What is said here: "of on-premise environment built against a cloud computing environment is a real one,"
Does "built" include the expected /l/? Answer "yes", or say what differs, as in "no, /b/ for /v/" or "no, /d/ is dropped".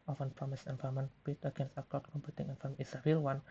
no, /l/ is dropped